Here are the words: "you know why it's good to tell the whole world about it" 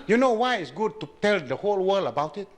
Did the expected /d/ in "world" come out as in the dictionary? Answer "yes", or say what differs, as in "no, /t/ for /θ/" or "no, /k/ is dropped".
no, /d/ is dropped